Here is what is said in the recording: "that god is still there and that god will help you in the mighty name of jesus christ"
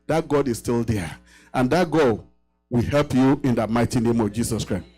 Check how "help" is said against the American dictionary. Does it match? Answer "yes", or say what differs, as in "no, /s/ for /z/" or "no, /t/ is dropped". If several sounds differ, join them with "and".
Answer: yes